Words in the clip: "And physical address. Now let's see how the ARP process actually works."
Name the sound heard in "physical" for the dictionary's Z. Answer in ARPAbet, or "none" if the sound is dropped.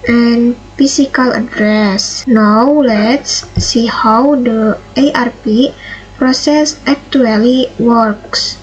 S